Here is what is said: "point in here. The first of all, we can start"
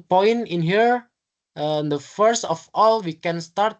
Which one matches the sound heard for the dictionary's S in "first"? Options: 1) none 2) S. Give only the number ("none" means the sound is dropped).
2